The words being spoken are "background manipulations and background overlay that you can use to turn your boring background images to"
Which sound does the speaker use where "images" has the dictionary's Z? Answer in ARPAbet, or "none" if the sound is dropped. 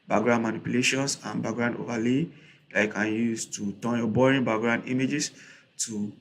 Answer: S